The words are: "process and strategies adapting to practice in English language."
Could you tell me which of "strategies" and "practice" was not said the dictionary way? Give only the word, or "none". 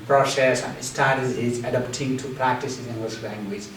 strategies